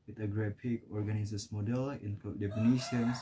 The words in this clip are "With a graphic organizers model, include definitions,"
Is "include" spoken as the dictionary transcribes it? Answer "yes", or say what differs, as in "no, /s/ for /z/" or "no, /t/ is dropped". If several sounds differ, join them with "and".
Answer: no, /l/ is dropped